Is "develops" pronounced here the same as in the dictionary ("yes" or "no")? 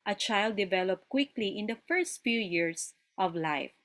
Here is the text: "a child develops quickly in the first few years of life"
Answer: no